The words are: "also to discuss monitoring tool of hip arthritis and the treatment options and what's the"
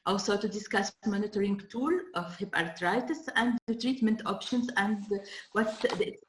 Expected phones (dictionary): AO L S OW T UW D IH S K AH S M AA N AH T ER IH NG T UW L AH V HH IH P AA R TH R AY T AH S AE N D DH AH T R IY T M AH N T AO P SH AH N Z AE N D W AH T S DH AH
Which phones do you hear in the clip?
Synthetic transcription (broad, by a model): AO L S OW T UW D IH S K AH S M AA N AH T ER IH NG T UW L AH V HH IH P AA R T R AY T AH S AE N D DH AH T R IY T M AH N T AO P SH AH N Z AE N D W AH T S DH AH